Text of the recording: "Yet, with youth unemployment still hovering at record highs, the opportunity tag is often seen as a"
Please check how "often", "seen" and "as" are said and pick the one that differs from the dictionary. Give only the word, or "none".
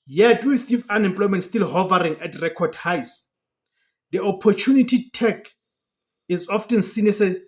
as